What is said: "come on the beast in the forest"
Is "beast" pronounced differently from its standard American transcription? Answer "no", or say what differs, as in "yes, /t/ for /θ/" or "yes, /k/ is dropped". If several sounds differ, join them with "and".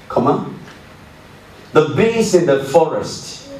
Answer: yes, /t/ is dropped